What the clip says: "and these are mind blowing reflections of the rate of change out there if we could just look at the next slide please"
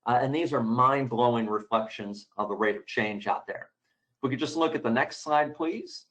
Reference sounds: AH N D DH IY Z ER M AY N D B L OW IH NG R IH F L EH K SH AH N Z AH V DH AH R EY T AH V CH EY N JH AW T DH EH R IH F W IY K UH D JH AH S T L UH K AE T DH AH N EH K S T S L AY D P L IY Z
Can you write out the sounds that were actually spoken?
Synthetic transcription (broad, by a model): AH N DH IY Z ER M AY N B L OW IH NG R IH F L EH K SH AH N Z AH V DH AH R EY T AH V CH EY N JH AW T DH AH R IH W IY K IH JH AH S T L UH K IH T DH AH N EH K S T S AY D P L IY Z